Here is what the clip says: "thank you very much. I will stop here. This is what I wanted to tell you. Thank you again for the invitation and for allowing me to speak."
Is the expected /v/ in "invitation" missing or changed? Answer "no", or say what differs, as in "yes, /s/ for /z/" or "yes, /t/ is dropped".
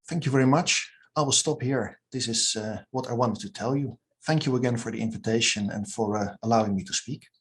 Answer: no